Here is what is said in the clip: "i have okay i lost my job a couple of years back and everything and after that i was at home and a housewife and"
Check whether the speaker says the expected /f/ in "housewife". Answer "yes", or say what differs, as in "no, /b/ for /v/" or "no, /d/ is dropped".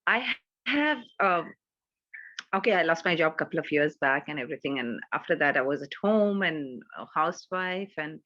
yes